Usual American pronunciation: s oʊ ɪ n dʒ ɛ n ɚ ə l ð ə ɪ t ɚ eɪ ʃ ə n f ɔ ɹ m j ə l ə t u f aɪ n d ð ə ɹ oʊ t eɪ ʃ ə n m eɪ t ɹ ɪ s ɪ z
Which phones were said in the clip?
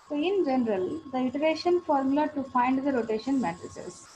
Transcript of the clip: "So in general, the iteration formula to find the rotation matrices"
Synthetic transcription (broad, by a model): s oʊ ɪ n dʒ ɛ n ɚ ə l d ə ɪ t ɚ eɪ ʃ ə n f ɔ ɹ m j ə l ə t u f aɪ n d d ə ɹ oʊ t eɪ ʃ ə n m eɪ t ɹ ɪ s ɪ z